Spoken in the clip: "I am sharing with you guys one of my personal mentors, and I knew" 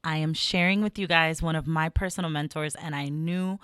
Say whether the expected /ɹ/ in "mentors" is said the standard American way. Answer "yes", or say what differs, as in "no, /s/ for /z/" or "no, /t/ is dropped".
yes